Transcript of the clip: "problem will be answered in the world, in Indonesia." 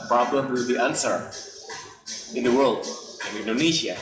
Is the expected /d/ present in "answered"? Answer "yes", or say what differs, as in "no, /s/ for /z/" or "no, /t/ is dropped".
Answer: no, /d/ is dropped